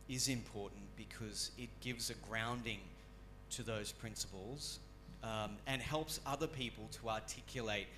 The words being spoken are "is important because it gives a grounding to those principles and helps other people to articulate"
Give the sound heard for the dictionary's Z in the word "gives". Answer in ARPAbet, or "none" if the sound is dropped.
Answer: Z